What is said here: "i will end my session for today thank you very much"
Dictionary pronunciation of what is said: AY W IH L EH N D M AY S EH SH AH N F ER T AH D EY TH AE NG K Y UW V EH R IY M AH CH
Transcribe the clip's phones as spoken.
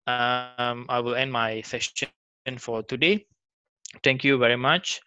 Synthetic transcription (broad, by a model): AY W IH L EH N D M AY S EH S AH N F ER T AH D EY T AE NG K Y UW V EH R IY M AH CH